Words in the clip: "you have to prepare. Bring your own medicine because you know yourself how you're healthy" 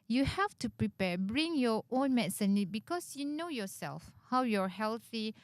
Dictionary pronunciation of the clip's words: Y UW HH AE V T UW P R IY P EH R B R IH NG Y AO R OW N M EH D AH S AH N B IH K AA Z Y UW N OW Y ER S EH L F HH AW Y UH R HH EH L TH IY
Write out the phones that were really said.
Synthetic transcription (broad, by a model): Y UW HH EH F T UW P R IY P EH B R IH NG Y AO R OW N M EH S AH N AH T B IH K AA S Y UW N OW Y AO S EH L F HH AW Y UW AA HH EH L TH IY